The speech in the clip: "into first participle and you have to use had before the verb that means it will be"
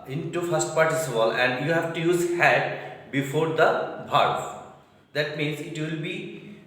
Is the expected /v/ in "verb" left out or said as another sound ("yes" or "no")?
yes